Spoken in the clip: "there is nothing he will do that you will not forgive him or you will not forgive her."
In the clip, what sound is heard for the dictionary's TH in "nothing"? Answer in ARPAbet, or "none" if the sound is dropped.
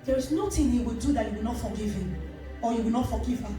T